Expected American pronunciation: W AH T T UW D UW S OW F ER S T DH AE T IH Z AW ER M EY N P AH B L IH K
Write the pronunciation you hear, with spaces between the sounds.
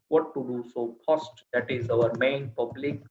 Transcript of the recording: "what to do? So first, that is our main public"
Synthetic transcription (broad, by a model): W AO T T UW D UW S OW P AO S T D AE T IH Z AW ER M EY N P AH B L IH K